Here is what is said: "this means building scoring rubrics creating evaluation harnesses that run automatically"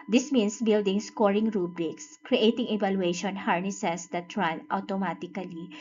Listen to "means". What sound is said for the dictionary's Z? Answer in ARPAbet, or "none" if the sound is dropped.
S